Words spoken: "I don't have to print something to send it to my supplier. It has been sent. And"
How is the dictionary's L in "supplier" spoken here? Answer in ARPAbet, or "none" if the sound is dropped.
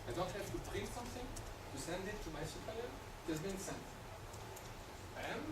none